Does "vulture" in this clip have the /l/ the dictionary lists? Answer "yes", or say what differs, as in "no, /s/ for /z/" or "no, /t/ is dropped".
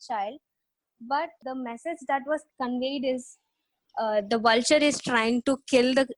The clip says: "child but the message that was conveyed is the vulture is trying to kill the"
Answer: yes